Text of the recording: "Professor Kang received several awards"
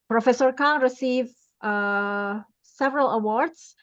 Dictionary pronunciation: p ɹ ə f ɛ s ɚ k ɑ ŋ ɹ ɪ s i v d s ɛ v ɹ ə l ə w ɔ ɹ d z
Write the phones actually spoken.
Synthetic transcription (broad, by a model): p ɹ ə f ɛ s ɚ k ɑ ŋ ɹ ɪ s i v s ɛ v ɹ ə l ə w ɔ ɹ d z